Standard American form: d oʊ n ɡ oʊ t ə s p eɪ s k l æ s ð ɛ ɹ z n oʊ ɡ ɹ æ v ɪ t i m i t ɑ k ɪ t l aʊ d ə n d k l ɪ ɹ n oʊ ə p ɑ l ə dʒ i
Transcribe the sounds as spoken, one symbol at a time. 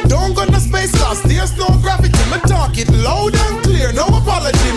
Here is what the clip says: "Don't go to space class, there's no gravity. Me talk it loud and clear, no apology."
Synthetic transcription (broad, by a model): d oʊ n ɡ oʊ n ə s p eɪ s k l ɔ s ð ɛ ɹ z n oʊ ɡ ɹ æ f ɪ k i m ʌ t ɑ k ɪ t l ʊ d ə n k l ɪ ɹ n oʊ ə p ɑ l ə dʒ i